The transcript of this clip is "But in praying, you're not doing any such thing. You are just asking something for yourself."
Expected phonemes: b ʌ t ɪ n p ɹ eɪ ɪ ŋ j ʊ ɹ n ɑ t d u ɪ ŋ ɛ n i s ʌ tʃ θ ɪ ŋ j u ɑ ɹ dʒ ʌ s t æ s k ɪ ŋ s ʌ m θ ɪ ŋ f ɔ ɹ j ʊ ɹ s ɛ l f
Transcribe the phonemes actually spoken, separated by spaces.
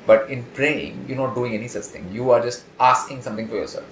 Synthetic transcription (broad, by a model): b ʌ t ɪ n p ɹ eɪ ɪ ŋ j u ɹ n ɑ t d u ɪ ŋ ɛ n i s ʌ tʃ t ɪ ŋ j u ɑ ɹ dʒ ʌ s t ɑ s k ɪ ŋ s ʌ m t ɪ ŋ f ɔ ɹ j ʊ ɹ s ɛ l f